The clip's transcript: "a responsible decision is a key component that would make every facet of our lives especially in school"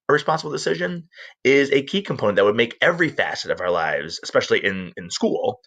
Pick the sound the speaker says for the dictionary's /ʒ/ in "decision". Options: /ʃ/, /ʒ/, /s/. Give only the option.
/ʒ/